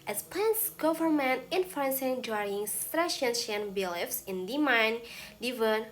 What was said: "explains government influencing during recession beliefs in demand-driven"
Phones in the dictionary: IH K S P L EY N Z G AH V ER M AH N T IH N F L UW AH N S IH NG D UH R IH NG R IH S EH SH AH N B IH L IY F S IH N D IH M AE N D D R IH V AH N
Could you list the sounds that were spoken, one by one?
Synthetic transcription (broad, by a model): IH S P L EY N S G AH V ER M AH N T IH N F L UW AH N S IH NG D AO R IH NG R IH SH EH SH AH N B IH L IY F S IH N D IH M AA N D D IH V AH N